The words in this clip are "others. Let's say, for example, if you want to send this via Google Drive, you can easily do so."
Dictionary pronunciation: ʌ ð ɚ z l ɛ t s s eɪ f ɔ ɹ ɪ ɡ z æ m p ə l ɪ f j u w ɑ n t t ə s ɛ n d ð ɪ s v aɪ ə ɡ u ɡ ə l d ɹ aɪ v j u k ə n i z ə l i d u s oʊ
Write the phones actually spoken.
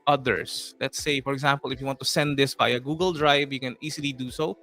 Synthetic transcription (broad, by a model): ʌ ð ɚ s l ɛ t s s eɪ f ɔ ɹ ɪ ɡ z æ m p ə l ɪ f j u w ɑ n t t ə s ɛ n d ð ɪ s b aɪ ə ɡ u ɡ ə l d ɹ aɪ v j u k ə n i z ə l i d u s oʊ